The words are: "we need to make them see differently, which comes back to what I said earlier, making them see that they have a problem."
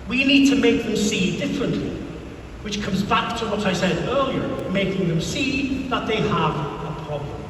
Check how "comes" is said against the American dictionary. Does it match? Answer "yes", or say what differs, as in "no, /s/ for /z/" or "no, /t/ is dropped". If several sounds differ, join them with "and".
yes